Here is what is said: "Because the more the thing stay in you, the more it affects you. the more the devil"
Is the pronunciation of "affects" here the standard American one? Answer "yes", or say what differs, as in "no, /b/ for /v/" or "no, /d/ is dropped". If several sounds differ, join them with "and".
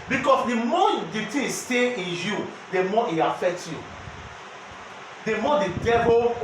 no, /s/ is dropped